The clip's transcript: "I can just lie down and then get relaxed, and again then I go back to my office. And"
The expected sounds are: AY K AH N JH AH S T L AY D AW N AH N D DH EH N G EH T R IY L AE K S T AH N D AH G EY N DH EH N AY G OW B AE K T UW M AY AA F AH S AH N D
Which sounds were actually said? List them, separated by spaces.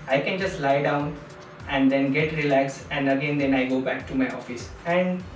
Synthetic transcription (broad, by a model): AY K AH N JH AH S T L AY D AW N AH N D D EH N G EH T R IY L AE K S AH N D AH G EY N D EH N AY G OW B AE K T UW M AY AA F AH S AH N D